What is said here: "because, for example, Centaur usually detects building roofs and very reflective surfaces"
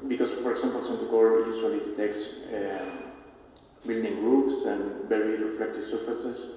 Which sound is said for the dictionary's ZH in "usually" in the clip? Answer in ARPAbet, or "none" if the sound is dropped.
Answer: S